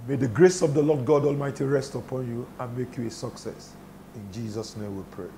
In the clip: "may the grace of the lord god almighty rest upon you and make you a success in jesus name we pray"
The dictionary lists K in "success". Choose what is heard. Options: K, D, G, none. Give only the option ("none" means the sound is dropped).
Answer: K